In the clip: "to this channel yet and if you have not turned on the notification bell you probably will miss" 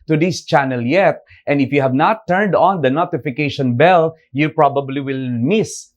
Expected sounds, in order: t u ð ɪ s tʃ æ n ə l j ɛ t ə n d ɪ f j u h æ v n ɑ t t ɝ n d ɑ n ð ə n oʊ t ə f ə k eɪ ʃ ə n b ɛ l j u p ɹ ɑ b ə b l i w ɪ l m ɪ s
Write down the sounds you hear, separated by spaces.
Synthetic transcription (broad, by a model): t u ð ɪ s tʃ æ n ə l j ɛ t ə n d ɪ f j u h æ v n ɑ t t ɝ n d ɑ n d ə n oʊ t ə f ə k eɪ ʃ ə n b ɛ l j u p ɹ ɑ b ə b l i w ɪ l m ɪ s